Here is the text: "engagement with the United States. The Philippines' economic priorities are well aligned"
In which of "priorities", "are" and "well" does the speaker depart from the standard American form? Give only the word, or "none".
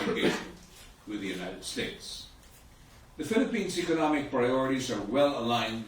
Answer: none